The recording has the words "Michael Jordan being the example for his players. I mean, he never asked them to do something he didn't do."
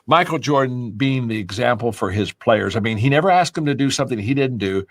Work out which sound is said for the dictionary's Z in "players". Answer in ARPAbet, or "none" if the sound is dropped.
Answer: Z